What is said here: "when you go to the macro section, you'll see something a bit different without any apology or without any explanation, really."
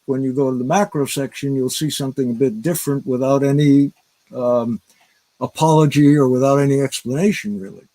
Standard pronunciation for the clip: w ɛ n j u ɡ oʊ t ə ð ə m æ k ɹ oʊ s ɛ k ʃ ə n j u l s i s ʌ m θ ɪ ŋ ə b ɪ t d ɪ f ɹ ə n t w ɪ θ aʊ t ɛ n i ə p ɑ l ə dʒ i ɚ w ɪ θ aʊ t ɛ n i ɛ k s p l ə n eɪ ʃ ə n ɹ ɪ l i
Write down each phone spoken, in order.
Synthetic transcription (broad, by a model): w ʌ n j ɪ ɡ oʊ t ə ð ə m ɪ k ɹ oʊ s ɛ k ʃ ə n j u l s i s ʌ m θ ɪ ŋ ə b ɪ t d ɪ f ɹ ə n t w ɪ θ aʊ t ɛ n i ə p ɑ l ə dʒ i ɚ w ɪ θ aʊ t ɛ n i ɛ k s p l ə n eɪ ʃ ə n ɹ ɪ l i